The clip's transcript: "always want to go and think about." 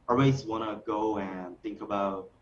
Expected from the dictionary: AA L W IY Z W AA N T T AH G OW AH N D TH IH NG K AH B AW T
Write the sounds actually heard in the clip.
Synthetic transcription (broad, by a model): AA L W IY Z W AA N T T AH G OW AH N TH IH NG K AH B AW T